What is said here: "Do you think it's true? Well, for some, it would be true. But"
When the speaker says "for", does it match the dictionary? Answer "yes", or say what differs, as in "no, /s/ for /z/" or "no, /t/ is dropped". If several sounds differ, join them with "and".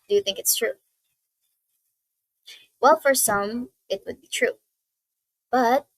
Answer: yes